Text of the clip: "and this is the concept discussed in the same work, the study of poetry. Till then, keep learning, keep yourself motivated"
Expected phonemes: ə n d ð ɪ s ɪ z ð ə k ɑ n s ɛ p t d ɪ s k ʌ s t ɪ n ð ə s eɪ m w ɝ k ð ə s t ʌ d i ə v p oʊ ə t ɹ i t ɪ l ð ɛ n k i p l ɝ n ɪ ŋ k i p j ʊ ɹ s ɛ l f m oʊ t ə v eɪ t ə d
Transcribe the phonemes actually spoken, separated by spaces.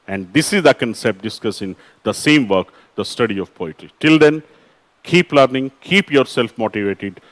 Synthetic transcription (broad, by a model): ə n d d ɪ s ɪ z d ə k ɑ n s ɛ p t d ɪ s k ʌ s ɪ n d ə s eɪ m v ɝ k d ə s t ʌ d i ə v p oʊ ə t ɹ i t ɪ l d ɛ n k i p l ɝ n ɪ ŋ k i p j ʊ ɹ s ɛ l f m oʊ t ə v eɪ t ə d